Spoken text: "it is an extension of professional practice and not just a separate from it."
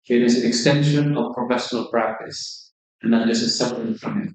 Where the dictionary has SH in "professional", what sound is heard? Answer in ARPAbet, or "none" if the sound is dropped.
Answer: SH